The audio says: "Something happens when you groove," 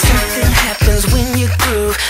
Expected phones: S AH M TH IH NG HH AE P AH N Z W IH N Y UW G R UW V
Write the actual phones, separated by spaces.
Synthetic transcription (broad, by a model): S AH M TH IH NG HH AE P AH N Z W IH N Y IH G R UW